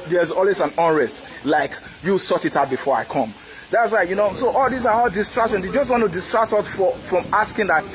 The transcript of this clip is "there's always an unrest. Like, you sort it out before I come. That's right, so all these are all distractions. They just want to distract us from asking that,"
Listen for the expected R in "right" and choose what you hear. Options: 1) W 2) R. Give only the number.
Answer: 1